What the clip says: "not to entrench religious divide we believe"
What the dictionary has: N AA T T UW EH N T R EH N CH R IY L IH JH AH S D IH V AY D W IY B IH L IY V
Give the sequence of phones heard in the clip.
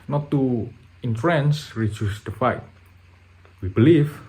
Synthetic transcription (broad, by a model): N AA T T UW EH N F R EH N S R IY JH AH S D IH F AY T W IY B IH L IY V